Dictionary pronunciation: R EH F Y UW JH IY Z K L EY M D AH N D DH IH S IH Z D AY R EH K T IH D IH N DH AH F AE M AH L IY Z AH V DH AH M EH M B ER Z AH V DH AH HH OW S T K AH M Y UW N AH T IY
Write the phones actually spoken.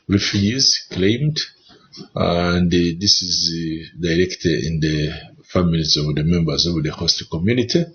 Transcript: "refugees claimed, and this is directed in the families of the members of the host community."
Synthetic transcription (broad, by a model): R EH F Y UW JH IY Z K L EY M D AH N D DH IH S IH Z D AY R EH K T IH D IH N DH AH F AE M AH L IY Z AH V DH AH M EH M B ER Z AH V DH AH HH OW S T K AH M Y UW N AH T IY